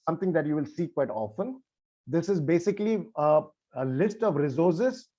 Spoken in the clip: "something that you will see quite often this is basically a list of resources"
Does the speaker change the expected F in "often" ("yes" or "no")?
no